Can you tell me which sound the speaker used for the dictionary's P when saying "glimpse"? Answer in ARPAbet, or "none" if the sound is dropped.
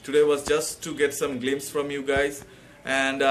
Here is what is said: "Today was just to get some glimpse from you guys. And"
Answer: none